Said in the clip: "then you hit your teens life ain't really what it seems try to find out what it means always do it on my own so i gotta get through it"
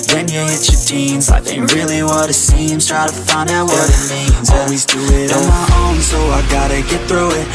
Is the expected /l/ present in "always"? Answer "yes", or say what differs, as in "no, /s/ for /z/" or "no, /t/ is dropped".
yes